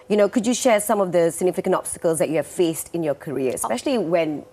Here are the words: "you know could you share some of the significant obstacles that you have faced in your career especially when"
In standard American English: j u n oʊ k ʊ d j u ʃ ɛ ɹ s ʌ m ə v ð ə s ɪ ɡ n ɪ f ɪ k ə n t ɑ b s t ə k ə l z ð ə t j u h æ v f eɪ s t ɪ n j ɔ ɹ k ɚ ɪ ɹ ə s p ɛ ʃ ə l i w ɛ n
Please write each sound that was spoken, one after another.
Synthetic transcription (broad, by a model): j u n oʊ k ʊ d j u ʃ ɛ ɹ s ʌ m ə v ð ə s ɪ ɡ n ɪ f ɪ k ə n t ɑ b s t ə k ə l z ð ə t j u h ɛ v f eɪ s t ɪ n j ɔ k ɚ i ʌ ə s p ɛ ʃ ə l i w ɛ n